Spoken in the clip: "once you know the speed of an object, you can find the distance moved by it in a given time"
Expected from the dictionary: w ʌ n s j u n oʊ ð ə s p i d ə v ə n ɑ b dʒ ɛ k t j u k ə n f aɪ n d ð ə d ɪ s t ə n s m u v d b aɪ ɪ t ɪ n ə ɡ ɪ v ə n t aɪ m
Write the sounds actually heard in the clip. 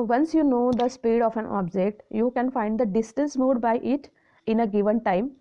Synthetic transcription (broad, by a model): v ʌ n s j u n oʊ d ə s p i d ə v ə n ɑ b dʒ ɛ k t j u k ə n f aɪ n d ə d ɪ s t ə n s m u d b aɪ ɪ t ɪ n ə ɡ ɪ v ə n t aɪ m